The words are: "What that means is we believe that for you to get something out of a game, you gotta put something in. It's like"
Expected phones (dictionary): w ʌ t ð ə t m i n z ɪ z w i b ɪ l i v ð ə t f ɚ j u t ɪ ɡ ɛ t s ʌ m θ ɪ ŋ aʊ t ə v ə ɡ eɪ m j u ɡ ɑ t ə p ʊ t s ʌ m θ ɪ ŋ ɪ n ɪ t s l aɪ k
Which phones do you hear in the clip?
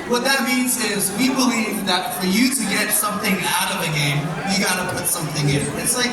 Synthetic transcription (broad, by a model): w ʌ t ð ə t m i n z ɪ z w i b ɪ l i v ð ə t f ɚ j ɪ t ɪ ɡ ɛ t s ʌ m θ ɪ ŋ aʊ t ə v ə ɡ eɪ m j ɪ ɡ ɑ t ə p ʊ t s ʌ m θ ɪ ŋ ɪ n ɪ t s l aɪ k